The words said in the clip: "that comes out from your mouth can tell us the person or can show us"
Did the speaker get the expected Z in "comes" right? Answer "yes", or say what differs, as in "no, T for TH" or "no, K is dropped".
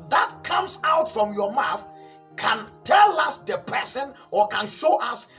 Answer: no, S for Z